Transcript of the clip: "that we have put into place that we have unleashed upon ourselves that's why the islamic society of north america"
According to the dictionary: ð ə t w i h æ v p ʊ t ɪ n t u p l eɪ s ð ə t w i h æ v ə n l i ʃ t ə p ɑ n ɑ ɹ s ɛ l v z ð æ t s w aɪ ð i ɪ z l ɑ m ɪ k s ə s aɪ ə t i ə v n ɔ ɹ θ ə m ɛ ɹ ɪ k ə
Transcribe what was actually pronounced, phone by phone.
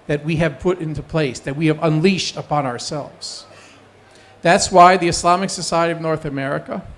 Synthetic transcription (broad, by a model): ð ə t w i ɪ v p ʊ t ɪ n t u p l eɪ s ð ə t w i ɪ v ə n l i ʃ t ə p ɑ n ɑ ɹ s ɛ l v z ð æ t s w aɪ ð i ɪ s l ɑ m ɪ k s ə s aɪ ə t i ə v n ɔ ɹ θ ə m ɛ ɹ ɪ k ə